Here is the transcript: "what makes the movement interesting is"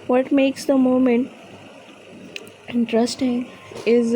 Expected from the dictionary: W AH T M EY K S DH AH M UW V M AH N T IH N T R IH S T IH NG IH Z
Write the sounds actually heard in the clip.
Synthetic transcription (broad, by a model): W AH T M EY K S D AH M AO M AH N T IH N T R IH S T IH NG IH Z